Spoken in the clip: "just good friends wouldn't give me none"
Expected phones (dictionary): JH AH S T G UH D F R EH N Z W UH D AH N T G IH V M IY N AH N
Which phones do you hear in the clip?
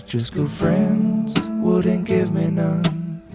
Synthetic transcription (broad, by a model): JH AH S G UH D F R EH N Z W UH D N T G IH V M IY N AH N